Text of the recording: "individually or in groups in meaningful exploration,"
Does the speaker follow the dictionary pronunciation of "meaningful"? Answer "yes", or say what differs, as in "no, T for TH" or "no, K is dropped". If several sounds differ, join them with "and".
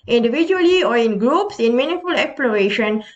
no, NG is dropped